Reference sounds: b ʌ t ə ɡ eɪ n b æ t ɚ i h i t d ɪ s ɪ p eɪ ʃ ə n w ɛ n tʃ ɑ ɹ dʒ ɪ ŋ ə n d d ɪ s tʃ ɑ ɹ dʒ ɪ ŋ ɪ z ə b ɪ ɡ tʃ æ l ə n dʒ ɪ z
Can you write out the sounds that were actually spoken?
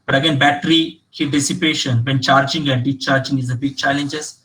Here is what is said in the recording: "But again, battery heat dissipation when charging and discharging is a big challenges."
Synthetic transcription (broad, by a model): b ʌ t ə ɡ eɪ n b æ t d i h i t d ɪ s ɪ p eɪ ʃ ə n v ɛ n tʃ ɑ ɹ dʒ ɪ ŋ ə n d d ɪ tʃ ɑ ɹ dʒ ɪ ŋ ɪ z ə b ɪ ɡ tʃ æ l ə n dʒ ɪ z